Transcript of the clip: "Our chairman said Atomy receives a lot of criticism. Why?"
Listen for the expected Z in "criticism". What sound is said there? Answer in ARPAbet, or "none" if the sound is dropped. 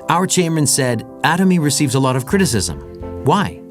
Z